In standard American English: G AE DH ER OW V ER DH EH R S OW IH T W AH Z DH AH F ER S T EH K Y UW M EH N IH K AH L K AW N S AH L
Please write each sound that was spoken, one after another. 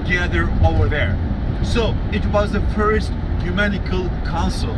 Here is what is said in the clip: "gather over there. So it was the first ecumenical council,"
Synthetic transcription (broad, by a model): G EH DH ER OW V ER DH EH R S OW IH T W AH Z DH AH F ER S T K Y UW M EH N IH K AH L K AW N S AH L